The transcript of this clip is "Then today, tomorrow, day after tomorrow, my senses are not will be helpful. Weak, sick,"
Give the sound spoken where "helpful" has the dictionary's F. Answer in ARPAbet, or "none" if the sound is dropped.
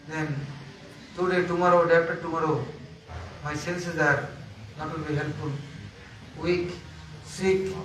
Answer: none